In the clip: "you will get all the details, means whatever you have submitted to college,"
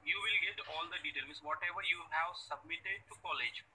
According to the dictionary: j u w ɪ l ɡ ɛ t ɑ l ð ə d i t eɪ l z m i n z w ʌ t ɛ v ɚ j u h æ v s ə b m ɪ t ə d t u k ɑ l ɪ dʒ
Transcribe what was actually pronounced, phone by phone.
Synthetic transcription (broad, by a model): j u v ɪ l ɡ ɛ t ɑ l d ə d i t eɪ l m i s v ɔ t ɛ v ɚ j u h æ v s ə b m ɪ t ə d t u k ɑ l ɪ dʒ